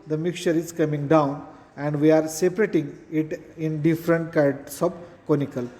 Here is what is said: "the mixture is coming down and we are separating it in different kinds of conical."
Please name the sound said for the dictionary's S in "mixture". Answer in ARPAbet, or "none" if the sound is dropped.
none